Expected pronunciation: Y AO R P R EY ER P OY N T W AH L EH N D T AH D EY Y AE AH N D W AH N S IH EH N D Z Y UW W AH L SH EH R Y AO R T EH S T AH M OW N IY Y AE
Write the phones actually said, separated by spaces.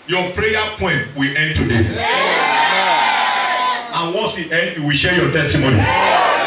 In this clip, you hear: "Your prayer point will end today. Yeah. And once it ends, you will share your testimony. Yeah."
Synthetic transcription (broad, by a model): Y AO P R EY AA P OY N T W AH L EH N D T AH D EY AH N W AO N S IH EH N D Y UW W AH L SH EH Y AO T EH S T AH M OW N IY